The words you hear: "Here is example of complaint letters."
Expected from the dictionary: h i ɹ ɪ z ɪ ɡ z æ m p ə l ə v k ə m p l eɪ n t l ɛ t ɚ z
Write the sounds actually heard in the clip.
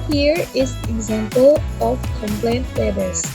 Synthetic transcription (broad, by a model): h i ɹ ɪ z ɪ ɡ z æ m p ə l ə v k ə m p l eɪ n t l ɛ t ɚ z